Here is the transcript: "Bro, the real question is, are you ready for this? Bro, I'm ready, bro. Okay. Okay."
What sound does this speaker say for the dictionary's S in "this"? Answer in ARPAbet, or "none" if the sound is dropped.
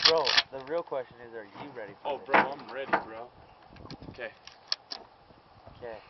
none